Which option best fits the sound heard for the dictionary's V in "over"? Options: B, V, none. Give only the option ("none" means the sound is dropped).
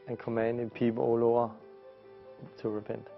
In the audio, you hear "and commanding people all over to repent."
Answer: none